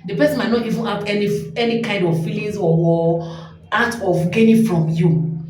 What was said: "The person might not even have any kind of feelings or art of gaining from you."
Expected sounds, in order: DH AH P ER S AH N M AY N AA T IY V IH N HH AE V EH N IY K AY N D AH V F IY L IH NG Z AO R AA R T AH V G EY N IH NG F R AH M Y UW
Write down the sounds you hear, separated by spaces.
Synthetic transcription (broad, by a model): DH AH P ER S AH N M AY N AA T IY V IH N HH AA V EH N IY K AY N D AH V F IY L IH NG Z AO W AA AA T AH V G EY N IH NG F R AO M Y UW